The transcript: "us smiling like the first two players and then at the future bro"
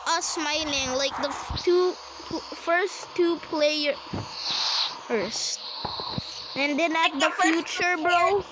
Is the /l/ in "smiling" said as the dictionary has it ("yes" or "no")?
no